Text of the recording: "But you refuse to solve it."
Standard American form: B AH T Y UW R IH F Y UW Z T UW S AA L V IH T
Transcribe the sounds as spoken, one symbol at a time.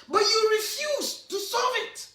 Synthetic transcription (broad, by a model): B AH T Y UW R IH F Y UW Z T UW S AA V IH T